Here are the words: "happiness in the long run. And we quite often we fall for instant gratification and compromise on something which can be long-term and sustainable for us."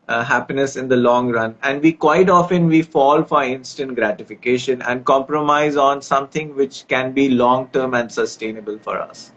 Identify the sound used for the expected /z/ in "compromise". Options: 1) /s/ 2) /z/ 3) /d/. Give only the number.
2